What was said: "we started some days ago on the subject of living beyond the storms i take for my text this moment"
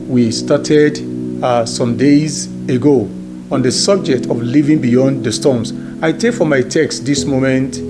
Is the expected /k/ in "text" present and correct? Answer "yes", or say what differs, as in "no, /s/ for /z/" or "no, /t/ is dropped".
yes